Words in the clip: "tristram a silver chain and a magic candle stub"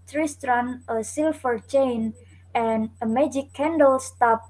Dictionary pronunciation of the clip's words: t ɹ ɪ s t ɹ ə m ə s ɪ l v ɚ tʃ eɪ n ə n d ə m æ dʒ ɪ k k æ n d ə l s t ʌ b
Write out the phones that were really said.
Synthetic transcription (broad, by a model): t ɹ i s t ɹ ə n ə s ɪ l f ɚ tʃ eɪ n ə n ə m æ dʒ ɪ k k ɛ n d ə l s t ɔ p